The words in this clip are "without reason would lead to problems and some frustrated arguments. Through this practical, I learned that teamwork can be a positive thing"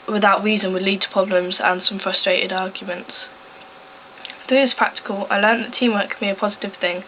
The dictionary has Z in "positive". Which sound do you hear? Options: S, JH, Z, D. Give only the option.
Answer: Z